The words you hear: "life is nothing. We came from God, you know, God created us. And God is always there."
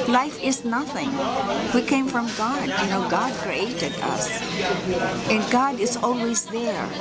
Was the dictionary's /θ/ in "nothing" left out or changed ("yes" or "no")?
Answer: no